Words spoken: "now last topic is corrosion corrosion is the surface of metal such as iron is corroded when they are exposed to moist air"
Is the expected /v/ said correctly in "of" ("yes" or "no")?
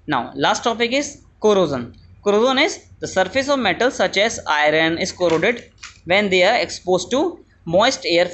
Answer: yes